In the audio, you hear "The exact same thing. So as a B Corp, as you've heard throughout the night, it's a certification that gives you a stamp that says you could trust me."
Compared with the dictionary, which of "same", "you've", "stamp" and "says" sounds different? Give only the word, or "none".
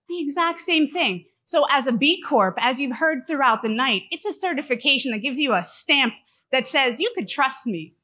none